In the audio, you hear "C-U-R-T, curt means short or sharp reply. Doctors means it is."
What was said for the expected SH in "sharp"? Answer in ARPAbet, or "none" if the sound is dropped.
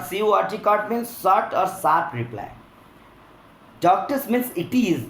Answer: S